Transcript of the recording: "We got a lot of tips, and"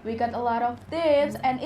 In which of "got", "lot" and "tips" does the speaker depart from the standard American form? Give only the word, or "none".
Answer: tips